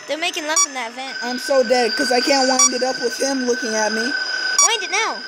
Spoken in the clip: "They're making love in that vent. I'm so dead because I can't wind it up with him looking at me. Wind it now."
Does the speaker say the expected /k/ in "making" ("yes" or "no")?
yes